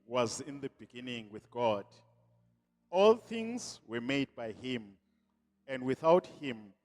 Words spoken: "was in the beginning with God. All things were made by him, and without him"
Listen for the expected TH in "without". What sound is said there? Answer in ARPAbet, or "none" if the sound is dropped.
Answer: TH